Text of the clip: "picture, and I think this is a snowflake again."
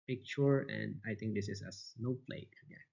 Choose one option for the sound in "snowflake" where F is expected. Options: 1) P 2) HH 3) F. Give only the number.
1